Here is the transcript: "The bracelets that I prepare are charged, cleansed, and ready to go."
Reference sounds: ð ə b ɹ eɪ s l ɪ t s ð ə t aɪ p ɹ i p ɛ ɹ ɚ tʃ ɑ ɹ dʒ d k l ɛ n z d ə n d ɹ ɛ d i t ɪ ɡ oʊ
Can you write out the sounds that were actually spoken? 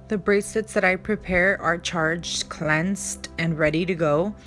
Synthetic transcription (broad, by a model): ð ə b ɹ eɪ s ɪ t s ð ə t aɪ p ɹ i p ɛ ɹ ɚ tʃ ɑ ɹ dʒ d k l ɛ n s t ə n ɹ ɛ d i t ɪ ɡ oʊ